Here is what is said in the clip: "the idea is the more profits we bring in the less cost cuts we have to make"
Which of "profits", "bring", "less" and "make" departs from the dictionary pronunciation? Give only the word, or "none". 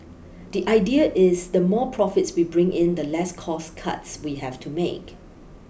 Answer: none